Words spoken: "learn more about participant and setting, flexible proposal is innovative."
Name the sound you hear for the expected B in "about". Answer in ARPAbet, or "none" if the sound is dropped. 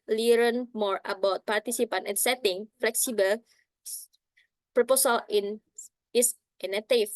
B